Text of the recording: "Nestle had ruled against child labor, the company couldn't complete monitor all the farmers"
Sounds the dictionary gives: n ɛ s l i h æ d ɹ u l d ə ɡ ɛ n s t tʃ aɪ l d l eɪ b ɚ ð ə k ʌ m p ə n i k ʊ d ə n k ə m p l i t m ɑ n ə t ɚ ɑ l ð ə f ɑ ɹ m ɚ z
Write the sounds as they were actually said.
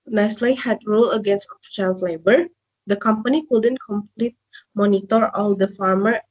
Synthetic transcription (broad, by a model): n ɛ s l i h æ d ɹ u l ə ɡ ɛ n s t ʃ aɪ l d l eɪ b ɚ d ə k ʌ m p ə n i k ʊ d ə n k ə m p l i t m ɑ n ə t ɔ ɑ l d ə f ɑ ɹ m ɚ